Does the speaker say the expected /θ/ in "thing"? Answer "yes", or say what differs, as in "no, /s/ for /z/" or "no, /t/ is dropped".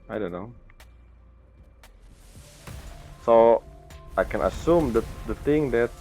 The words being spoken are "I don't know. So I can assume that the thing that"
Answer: no, /t/ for /θ/